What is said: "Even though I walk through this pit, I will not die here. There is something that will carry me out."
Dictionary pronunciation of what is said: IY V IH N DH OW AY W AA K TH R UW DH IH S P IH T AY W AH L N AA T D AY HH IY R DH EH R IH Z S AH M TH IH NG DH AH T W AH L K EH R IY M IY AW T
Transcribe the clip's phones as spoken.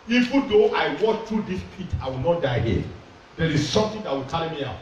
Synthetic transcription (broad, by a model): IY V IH N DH OW AY W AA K T R UW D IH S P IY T AY W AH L N AA T D AY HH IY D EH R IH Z S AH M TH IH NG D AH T W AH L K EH L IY M IY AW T